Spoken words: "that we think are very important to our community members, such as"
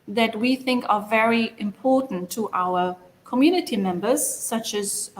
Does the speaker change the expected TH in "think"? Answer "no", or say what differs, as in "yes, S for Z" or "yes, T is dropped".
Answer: no